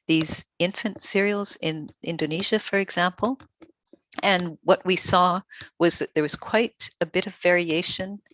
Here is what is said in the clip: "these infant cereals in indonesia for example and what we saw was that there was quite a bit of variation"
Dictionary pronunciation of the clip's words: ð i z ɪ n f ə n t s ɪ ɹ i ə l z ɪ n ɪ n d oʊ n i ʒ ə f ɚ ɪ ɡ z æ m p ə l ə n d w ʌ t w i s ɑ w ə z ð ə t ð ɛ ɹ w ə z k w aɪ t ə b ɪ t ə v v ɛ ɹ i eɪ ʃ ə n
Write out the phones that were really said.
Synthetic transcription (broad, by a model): ð i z ɪ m f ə n t s ɪ ɹ i l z ɪ n ɪ n d oʊ n i ʒ ə f ɚ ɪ ɡ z æ m p l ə n w ʌ t w i s ɑ w ə z ð ə t ð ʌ ɹ w ə z k w aɪ t ə b ɪ t ə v v ɛ ɹ i eɪ ʃ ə n